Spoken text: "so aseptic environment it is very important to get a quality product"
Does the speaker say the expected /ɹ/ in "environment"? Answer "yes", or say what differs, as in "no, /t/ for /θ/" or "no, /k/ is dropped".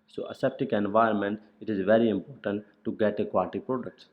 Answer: no, /ɹ/ is dropped